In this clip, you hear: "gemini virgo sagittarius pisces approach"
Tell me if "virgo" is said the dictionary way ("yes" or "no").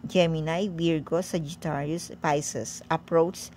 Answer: no